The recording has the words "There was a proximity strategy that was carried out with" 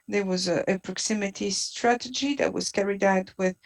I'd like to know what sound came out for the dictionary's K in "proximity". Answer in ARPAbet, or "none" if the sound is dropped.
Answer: K